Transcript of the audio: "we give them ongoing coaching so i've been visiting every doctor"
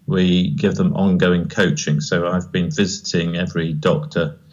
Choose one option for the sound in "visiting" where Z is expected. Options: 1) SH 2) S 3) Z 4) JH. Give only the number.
3